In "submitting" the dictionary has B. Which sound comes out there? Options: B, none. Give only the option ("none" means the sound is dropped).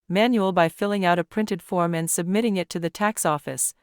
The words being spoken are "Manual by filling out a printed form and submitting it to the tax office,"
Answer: B